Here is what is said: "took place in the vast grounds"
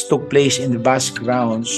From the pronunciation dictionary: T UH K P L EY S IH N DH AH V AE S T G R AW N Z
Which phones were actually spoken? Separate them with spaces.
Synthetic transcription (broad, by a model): T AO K P L EY S IH N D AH B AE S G R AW N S